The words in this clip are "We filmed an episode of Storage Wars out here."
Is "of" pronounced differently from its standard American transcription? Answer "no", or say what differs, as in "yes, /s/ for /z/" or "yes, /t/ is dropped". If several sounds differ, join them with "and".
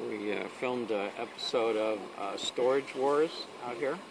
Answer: no